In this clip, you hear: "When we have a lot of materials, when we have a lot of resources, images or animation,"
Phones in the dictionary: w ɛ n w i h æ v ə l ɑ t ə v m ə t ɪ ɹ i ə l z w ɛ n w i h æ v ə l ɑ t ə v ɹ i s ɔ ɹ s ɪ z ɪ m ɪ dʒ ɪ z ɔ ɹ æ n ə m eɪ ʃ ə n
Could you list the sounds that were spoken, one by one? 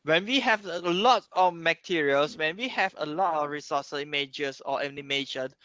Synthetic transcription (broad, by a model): w ɛ n w i h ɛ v ə l ɑ t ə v m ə t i ɹ i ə l s w ɛ n w i h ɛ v ə l ɑ t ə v ɹ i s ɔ s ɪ i m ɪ dʒ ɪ s ɔ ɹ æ n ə m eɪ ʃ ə n